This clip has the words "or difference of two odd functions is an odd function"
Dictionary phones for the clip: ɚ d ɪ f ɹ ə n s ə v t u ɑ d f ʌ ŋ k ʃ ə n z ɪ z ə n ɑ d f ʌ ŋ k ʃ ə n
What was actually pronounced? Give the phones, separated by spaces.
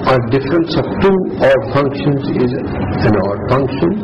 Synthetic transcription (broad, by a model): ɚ d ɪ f ɹ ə n s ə p t u ɑ d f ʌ ŋ k ʃ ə n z ɪ z ə n ɑ d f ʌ ŋ k ʃ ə n